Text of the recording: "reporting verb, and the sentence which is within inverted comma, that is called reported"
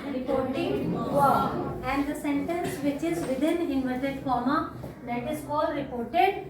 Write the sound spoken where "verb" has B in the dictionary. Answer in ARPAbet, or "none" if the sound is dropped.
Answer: none